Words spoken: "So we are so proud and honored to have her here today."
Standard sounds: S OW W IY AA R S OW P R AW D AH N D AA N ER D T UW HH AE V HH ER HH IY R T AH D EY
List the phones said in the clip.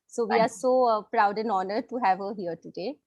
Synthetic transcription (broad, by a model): S OW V IY AA R S OW P R AW D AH N AA N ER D T UW HH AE V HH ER HH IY R T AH D EY